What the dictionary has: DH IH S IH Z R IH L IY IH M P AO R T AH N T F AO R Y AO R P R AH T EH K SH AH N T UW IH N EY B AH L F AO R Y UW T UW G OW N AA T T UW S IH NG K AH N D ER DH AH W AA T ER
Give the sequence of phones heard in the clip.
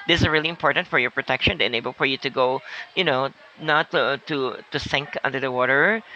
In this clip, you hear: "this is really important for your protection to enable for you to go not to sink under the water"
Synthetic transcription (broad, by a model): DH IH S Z R IH L IY IH M P AO R T AH N T F AO R Y AO R P R AH T EH K SH AH N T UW IH N EY B AH L F AO R Y UW T UW G OW N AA T T UW S IH NG K AH N D ER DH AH W AA T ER